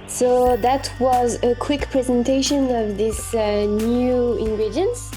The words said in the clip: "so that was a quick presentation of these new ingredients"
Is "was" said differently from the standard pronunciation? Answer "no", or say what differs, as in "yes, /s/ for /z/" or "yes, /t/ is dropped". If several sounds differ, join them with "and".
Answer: no